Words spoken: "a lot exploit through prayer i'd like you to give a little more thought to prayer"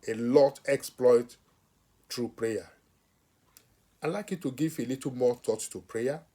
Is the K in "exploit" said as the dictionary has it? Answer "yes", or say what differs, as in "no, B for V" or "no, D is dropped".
yes